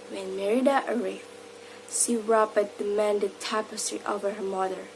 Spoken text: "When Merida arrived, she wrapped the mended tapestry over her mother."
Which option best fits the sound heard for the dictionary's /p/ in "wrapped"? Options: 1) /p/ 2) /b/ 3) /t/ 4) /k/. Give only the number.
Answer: 2